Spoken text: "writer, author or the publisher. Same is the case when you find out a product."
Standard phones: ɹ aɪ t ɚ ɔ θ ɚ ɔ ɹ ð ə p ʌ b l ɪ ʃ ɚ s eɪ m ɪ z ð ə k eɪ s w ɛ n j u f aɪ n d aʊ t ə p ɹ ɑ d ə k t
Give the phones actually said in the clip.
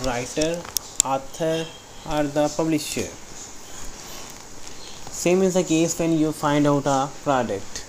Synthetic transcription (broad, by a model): ɹ aɪ t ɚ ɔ t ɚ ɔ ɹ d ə p ʌ b l ɪ ʃ ɚ s eɪ m ɪ z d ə k eɪ s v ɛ n j u f aɪ n d aʊ t ə p ɹ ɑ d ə k t